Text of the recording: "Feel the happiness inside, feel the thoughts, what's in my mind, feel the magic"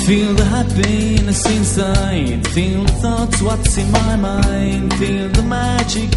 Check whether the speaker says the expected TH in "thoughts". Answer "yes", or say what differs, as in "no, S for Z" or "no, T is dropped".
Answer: yes